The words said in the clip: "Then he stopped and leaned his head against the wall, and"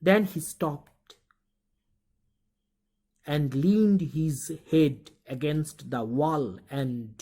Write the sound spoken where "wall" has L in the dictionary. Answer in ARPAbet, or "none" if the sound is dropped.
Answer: L